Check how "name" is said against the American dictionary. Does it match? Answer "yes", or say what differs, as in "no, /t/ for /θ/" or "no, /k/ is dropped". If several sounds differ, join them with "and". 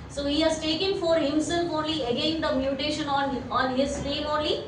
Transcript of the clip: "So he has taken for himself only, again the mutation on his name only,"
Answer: no, /l/ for /n/